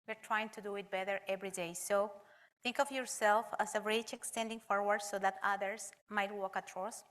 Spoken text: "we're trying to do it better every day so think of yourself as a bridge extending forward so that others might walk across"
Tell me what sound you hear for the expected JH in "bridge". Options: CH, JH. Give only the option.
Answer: CH